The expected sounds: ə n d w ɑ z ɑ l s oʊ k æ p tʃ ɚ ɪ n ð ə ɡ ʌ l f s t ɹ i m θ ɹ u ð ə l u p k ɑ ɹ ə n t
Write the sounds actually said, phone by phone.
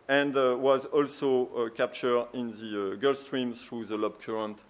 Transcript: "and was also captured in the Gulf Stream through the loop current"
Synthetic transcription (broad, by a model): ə n d w ɑ z ɑ l s oʊ k æ p tʃ ɚ ɪ n ð ə ɡ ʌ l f s t ɹ i m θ ɹ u ð ə l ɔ b k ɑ ɹ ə n t